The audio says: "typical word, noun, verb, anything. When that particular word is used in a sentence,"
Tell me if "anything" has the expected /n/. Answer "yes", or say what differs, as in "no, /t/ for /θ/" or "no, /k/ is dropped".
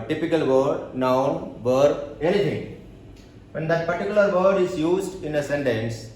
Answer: no, /l/ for /n/